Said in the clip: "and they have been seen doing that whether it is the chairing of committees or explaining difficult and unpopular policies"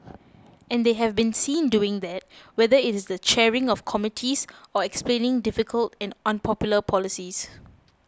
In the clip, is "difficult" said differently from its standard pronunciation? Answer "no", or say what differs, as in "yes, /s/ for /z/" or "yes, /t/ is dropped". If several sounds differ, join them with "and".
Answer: no